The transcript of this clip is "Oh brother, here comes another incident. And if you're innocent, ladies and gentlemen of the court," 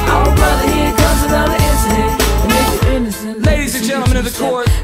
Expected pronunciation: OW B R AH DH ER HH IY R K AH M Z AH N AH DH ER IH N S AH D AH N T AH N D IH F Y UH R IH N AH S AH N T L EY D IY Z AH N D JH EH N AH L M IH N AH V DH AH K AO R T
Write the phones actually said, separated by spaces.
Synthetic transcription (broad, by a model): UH B R AH DH ER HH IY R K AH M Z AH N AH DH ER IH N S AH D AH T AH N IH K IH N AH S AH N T L EY D IY Z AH N JH EH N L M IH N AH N DH AH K AO R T